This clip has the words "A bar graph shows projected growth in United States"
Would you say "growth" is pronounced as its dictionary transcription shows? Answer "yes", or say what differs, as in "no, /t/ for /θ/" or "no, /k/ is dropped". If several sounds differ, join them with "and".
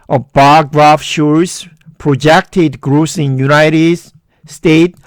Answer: no, /s/ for /θ/